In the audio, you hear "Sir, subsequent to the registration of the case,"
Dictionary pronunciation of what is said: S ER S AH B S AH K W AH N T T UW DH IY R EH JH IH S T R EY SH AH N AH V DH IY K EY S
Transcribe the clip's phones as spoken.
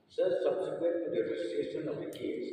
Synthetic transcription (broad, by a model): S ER S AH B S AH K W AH T T UW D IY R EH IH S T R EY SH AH N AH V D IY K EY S